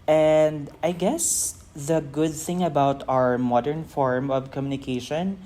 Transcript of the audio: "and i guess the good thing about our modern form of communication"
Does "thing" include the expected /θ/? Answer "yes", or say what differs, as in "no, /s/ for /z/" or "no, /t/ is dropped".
yes